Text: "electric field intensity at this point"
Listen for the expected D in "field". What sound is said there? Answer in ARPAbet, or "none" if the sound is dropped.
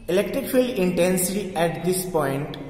none